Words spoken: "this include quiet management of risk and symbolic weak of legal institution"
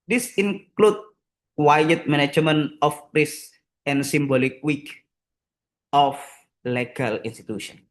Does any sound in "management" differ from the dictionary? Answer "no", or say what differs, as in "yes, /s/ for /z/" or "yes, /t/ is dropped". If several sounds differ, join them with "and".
yes, /t/ is dropped